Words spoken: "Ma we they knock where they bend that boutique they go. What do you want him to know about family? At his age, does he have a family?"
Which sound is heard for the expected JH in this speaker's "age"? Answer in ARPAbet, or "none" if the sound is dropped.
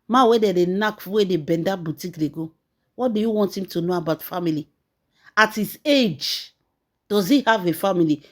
JH